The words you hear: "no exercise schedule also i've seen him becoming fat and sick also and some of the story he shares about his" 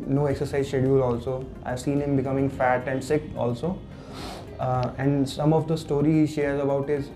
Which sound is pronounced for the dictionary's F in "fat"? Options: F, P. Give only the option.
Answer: F